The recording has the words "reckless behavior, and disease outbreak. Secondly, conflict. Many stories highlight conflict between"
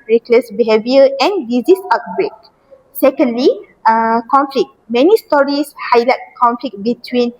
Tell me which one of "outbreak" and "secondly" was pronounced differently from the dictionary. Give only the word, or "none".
none